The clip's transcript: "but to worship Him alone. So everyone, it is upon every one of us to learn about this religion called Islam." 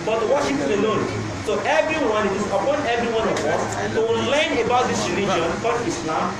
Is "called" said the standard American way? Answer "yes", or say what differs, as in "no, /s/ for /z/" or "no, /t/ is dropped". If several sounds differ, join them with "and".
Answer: no, /l/ is dropped